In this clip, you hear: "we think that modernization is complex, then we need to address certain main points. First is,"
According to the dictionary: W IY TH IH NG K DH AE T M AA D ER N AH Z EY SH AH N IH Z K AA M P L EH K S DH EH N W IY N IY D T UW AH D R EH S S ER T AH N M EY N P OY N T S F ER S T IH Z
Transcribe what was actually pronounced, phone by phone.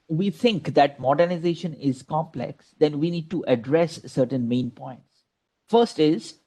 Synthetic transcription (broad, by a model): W IY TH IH NG K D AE T M AA D ER N AH Z EY SH AH N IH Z K AA M P L EH K S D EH N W IY N IY D T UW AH D R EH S S ER T AH N M EY N P OY N T S F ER S T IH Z